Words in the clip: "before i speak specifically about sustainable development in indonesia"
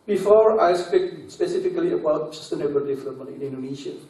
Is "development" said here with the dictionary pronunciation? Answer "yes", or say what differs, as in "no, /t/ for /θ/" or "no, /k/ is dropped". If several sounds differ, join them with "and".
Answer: no, /p/ is dropped and /t/ is dropped